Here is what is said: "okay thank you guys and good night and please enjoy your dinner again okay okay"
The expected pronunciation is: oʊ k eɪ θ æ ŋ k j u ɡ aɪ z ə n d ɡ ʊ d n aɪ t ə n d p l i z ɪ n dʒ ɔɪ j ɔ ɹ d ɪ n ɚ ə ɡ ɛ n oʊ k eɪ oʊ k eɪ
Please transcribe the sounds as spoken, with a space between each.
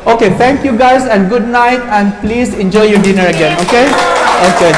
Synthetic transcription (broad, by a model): oʊ k eɪ t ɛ ŋ k j u ɡ aɪ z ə n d ɡ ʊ d n aɪ t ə n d p l i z ɪ n dʒ ɔɪ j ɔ d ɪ n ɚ ə ɡ ɛ n oʊ k eɪ oʊ k eɪ